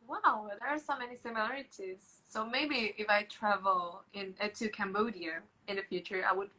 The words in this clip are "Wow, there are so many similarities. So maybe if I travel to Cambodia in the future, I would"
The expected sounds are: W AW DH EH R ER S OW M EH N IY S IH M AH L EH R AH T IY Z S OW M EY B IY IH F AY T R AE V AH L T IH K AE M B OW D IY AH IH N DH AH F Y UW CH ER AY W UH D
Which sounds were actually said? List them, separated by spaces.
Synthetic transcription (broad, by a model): W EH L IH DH ER S OW M EH N IY S IH M AH L EH R AH T IY Z S OW M EY B IY IH F AY T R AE V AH N T IH K AE M B OW D IY AH IH N DH AH F Y UW CH ER AY W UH D